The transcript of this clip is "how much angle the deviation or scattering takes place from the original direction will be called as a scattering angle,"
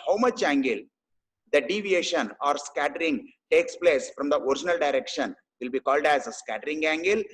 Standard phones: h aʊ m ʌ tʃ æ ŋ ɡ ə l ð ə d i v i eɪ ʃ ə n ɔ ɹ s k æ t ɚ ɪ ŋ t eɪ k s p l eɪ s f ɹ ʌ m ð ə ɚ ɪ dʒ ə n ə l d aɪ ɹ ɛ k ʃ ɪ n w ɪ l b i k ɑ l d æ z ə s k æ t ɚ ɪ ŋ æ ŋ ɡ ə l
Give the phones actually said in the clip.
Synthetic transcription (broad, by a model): h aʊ m ʌ tʃ æ ŋ ɡ ə l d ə d i v i eɪ ʃ ə n ɔ ɹ s k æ t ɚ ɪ ŋ t eɪ k s p l eɪ s f ɹ ʌ m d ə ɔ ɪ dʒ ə n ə l d aɪ ɹ ɛ k ʃ ɪ n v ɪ l b i k ɑ l d æ z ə s k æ t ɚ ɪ ŋ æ ŋ ɡ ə l